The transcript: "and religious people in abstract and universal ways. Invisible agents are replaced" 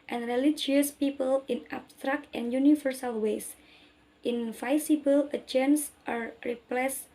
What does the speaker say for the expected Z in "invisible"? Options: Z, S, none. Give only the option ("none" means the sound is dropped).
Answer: S